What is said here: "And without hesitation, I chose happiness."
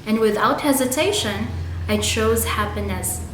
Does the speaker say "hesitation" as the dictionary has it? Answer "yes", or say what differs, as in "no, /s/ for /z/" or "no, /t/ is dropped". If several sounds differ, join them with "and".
yes